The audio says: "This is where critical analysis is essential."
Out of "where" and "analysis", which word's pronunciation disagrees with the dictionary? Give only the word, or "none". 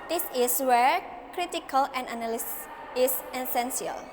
analysis